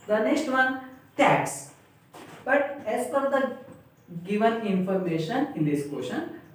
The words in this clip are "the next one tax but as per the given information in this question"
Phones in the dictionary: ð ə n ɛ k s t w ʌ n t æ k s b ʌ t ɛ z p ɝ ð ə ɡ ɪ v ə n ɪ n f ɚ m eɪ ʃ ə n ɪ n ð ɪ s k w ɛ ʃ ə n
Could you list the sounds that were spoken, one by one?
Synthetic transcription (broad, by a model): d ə n ɛ k s t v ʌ n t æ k s b ʌ t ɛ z f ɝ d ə ɡ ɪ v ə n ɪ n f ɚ m eɪ ʃ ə n ɪ n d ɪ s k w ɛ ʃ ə n